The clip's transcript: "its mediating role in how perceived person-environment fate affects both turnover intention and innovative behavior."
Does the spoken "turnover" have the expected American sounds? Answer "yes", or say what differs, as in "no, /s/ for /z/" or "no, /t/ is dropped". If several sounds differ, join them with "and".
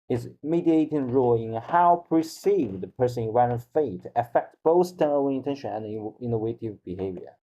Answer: no, /b/ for /v/